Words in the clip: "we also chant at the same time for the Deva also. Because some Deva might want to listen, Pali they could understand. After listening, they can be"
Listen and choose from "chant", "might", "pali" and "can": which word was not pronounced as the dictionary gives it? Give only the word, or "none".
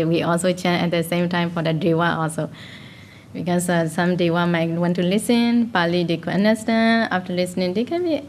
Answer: chant